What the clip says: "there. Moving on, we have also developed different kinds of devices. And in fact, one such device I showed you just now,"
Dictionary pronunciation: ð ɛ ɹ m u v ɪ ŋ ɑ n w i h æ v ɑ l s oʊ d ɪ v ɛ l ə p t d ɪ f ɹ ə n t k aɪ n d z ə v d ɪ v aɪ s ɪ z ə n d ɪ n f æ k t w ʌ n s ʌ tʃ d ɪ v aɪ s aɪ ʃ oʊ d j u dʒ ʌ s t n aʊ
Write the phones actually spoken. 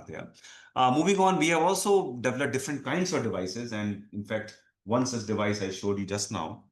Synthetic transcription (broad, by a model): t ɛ m u v ɪ ŋ ɑ n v i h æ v ɑ l s oʊ d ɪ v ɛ l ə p d ɪ f ɹ ə n t k aɪ n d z ə v d ɪ v aɪ s ɪ z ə n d ɪ n f æ k t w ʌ n s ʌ s d ɪ v aɪ s aɪ ʃ oʊ d j u dʒ ʌ s t n aʊ